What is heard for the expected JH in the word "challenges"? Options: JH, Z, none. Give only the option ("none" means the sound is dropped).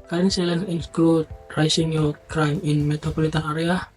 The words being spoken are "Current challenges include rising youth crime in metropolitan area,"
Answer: none